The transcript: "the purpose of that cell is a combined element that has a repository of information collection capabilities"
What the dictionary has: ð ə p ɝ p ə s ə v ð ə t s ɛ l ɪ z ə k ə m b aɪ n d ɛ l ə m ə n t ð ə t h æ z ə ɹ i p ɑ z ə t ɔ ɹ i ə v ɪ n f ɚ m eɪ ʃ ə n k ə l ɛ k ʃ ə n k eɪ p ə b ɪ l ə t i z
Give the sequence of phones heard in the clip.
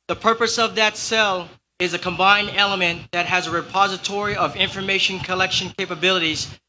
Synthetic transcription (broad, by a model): ð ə p ɝ p ə s ə v ð ə t s ɛ l ɪ z ə k ə m b aɪ n d ɛ l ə m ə n ð ə t h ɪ z ə ɹ i p ɑ z ə t ɔ ɹ i ə v ɪ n f ɚ m eɪ ʃ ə n k ə l ɛ k ʃ ə n k eɪ p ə b ɪ l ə t i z